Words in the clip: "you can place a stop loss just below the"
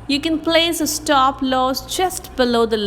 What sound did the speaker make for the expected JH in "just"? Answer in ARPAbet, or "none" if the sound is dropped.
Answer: CH